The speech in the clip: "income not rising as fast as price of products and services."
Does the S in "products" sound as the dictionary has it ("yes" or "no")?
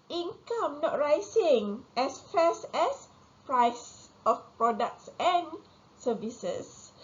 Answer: yes